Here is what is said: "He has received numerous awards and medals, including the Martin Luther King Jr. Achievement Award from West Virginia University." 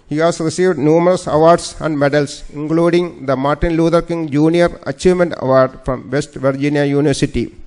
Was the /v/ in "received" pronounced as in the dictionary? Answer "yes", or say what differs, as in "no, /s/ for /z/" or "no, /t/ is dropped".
yes